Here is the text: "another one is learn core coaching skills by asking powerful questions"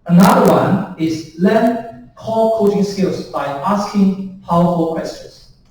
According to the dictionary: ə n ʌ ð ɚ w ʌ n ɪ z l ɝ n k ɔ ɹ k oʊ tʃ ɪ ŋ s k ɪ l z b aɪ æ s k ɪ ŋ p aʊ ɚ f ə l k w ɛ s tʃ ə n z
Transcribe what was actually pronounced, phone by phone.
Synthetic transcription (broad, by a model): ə n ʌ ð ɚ w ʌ n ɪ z l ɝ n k ɔ l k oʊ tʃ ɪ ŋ s k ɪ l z b aɪ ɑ s k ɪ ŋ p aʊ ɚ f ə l k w ɛ s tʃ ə n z